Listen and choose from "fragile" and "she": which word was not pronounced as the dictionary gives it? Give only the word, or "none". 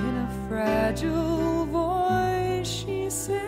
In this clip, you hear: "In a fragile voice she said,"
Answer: none